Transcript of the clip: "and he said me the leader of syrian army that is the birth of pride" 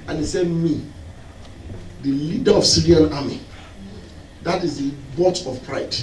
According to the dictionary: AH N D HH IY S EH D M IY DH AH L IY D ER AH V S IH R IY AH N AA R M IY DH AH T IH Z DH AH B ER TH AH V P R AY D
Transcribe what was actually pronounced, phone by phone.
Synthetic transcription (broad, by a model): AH N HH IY S EH D M IY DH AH L IY D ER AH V S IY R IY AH N AA M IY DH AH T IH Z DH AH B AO T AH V P R AY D